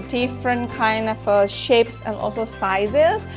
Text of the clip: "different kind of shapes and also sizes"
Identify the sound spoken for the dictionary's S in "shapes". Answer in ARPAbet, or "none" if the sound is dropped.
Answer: S